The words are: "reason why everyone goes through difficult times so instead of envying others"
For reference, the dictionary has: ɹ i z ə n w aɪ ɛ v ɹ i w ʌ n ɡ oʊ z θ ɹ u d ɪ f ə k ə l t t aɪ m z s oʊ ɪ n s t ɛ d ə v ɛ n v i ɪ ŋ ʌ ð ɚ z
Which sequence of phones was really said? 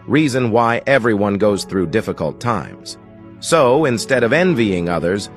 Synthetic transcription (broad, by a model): ɹ i z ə n w aɪ ɛ v ɹ i w ʌ n ɡ oʊ z θ ɹ u d ɪ f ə k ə l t t aɪ m z s oʊ ɪ n s t ɛ d ə v ɛ n v i ɪ ŋ ʌ ð ɚ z